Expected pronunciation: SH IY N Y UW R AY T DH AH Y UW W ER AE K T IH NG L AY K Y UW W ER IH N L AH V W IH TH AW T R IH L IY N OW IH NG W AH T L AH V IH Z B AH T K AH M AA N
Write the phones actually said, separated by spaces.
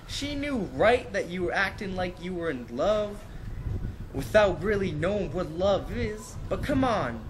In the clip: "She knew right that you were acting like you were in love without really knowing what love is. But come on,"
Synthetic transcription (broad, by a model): SH IY N Y UW R AY T DH AH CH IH W ER AE K T IH NG L AY K Y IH W ER IH N L AH V W IH TH AW T R IH L IY N OW IH NG W AH T L AH V IH Z B AH T K AH M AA N